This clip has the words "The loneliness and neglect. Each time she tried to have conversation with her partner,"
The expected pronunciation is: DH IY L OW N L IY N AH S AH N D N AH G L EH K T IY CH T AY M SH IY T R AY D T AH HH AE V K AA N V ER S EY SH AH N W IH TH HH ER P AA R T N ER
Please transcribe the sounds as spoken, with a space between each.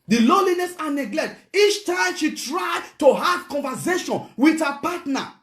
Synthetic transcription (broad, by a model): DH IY L OW L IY N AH S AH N N AH G L EH K T IY CH T AY M SH IY T R AY D T AH HH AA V K AA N V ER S EY SH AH N W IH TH HH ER P AA T N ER